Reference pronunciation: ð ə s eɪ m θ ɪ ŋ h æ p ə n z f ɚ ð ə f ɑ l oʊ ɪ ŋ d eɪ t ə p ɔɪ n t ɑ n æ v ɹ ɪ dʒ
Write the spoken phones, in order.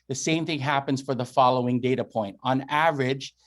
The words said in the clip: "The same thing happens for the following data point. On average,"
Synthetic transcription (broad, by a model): ð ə s eɪ m θ ɪ ŋ h æ p ə n z f ɚ ð ə f ɑ l oʊ ɪ ŋ d eɪ t ə p ɔɪ n t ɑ n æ v ɹ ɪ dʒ